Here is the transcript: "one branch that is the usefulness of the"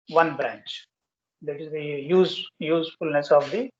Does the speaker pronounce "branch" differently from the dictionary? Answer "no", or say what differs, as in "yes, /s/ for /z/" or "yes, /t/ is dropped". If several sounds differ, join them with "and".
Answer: no